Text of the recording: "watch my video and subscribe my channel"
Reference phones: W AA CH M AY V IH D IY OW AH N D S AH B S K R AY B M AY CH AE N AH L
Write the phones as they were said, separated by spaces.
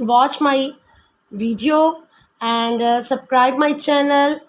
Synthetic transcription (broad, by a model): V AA CH M AY V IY D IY OW AH N D S AH B S K R AY B M AY CH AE N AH L